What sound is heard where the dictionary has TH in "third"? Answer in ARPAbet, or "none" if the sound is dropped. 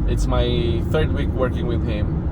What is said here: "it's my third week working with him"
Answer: TH